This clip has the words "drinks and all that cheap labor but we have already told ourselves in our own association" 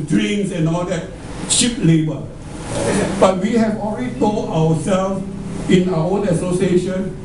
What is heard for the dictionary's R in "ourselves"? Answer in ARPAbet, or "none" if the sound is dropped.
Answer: W